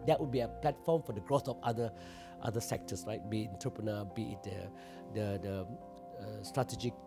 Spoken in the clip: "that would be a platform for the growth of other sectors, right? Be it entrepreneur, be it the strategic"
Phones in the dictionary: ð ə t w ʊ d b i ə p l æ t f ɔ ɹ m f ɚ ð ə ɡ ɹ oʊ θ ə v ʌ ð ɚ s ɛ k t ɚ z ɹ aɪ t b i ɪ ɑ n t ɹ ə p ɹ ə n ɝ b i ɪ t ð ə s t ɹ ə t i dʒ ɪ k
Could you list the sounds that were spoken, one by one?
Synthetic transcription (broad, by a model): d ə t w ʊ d b i ə p l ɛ t f ɔ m f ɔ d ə ɡ ɹ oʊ f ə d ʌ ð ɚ s ɛ k t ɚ s ɹ aɪ t b i ɪ n t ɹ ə p ɹ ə n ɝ b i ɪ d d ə s t ɹ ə t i dʒ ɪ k